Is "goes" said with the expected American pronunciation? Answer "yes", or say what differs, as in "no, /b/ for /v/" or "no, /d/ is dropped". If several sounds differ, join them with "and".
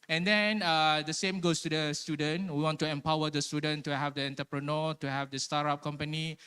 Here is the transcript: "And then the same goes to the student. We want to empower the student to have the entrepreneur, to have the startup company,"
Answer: no, /s/ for /z/